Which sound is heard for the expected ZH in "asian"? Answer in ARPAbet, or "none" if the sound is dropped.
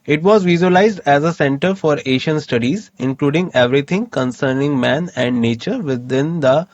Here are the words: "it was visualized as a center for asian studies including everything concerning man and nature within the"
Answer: SH